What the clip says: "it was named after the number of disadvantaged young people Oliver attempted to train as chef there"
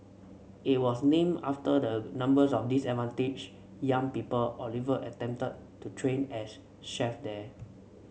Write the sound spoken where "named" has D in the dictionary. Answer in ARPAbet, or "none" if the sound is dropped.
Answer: none